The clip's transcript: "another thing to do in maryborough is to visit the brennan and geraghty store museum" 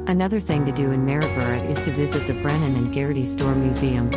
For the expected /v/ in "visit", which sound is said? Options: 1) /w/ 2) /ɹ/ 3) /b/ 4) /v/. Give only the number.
4